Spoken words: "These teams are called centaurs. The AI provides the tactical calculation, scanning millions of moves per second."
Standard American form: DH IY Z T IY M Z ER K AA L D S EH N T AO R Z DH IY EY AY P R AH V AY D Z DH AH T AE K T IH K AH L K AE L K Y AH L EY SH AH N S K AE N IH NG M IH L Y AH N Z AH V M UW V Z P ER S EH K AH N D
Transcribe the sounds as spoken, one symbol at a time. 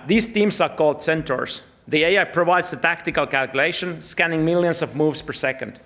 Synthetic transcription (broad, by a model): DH IY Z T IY M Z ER K AA L D S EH N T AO R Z DH IY EY AY P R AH V AY D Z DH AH T AE K T IH K AH L K AE L K Y AH L EY SH AH N S K AE N IH NG M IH L Y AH N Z AH V M UW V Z P ER S EH K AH N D